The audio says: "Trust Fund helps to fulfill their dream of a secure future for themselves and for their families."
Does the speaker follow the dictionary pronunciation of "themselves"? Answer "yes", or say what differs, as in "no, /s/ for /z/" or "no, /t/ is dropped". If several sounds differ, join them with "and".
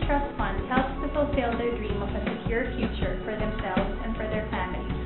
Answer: yes